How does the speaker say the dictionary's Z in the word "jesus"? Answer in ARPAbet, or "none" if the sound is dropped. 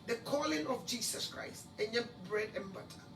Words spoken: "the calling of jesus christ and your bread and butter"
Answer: S